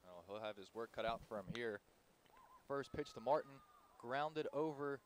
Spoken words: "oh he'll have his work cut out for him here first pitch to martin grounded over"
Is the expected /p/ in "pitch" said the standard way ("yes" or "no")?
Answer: yes